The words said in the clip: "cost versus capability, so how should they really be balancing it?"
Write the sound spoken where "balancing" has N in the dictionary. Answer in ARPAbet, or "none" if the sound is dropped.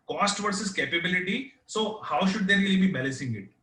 none